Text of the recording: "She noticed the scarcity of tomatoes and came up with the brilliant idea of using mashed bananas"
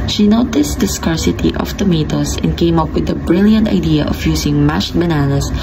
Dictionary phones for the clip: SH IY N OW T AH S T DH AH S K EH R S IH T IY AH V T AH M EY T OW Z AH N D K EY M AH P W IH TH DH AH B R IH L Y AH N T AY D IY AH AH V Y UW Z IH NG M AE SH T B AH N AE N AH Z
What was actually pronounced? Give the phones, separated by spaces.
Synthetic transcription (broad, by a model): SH IY N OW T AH S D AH S K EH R S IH T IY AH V T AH M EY T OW S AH N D K EY M AH P W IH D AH B R IH L Y AH N T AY D IY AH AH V Y UW S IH NG M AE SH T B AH N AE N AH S